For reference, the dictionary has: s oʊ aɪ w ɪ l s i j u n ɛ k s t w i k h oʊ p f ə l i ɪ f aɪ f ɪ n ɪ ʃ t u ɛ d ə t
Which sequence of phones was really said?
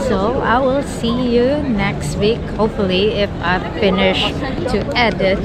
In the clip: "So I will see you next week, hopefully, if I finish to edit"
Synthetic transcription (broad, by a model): s oʊ aɪ w ɪ l s i j u n ɛ k s t w i k h oʊ f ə l i ɪ f aɪ f ɪ n ɪ ʃ t u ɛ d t